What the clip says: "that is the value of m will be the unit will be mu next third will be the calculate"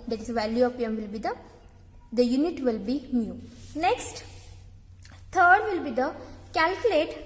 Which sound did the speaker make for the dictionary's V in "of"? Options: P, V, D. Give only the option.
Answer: P